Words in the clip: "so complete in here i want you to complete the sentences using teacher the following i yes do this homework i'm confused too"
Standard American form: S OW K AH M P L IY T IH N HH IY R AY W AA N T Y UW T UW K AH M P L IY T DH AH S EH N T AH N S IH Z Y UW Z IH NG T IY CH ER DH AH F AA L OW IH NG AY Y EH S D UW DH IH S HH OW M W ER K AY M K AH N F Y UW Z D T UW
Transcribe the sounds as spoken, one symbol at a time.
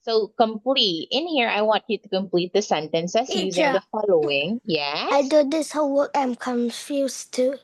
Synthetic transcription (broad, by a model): S OW K AH M P L IY T IH N HH IY R AY W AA N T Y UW T UW K AH M P L IY T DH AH S EH N T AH N S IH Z Y UW Z IH NG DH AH F AA L OW IH NG Y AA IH D UW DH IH S HH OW W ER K AY M K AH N F Y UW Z T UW